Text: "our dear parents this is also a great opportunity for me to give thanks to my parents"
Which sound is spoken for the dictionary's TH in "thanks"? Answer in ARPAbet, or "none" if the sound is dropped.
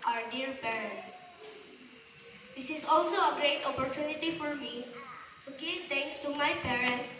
T